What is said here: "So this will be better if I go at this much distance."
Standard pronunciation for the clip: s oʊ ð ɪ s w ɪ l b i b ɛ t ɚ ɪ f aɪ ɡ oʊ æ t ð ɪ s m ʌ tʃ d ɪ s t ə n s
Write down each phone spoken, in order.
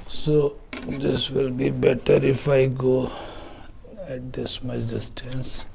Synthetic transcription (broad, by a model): s oʊ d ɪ s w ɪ l b i b ɛ t ɚ ɪ f aɪ ɡ oʊ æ t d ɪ s m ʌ s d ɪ s t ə n s